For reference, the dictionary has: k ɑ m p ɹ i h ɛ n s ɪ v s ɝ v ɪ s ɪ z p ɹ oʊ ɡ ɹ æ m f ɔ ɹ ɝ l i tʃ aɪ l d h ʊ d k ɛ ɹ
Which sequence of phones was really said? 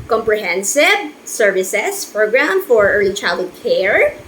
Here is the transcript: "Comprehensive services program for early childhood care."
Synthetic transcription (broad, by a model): k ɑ m p ɹ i h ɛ n s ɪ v s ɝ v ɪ s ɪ s p ɹ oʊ ɡ ɹ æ m f ɔ ɹ ɝ l i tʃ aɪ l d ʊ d k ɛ ɹ